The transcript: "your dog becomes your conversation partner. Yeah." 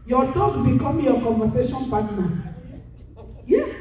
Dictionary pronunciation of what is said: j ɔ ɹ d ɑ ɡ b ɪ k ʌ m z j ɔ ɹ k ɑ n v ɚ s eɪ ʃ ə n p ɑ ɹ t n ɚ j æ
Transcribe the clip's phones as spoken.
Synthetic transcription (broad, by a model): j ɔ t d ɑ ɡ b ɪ k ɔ m j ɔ k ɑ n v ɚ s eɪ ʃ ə n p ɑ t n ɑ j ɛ